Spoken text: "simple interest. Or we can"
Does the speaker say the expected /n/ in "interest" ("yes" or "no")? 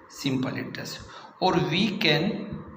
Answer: no